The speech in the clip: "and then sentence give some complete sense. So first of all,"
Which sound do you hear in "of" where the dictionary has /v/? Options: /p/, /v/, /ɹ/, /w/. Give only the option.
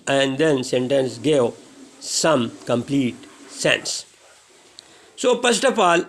/p/